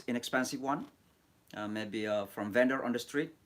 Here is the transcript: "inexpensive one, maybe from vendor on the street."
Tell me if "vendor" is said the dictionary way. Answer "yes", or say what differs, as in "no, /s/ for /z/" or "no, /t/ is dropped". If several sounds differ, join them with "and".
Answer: yes